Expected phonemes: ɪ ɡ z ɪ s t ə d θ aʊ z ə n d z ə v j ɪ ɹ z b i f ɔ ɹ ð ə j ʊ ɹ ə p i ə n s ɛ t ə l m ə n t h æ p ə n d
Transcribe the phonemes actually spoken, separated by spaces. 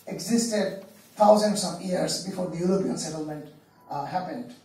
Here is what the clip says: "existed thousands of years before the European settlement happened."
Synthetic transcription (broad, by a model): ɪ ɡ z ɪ s t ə d t aʊ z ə n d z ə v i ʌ ɹ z b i f ɔ ɹ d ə j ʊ ɹ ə p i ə n s ɛ t ə l m ə n t h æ p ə n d